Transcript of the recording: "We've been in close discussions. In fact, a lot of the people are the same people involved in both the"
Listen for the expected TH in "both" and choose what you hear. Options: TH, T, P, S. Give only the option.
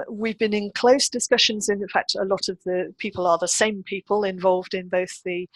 TH